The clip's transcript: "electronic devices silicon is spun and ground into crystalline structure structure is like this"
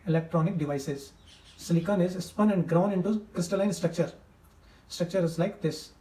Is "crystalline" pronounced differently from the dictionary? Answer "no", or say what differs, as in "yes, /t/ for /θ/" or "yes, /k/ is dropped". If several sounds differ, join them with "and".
no